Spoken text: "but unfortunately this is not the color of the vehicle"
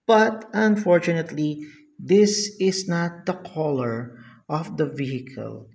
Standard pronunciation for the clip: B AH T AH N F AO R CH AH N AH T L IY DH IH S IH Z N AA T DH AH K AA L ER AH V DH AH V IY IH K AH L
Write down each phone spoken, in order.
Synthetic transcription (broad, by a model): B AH T AH N F AO R CH AH N AH T L IY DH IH S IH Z N AA T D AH K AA L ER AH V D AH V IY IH K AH L